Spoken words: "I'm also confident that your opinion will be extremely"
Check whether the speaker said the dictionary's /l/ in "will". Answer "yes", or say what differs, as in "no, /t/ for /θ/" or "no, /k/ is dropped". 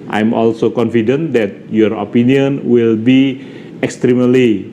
yes